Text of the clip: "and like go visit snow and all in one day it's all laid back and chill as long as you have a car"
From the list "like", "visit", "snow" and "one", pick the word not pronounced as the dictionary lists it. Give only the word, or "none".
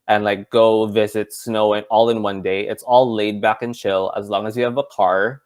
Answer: none